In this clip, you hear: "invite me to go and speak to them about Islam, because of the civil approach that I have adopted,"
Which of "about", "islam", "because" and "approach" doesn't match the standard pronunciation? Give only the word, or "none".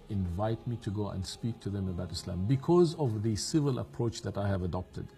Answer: none